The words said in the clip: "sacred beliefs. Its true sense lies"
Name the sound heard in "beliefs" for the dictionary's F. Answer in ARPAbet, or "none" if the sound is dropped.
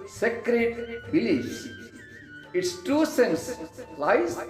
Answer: none